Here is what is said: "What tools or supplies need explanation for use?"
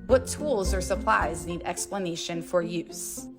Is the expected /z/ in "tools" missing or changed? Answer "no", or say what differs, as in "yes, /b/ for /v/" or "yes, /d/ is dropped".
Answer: no